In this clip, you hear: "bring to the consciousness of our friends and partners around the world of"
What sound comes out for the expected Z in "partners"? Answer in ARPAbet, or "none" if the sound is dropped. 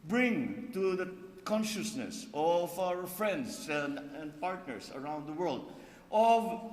S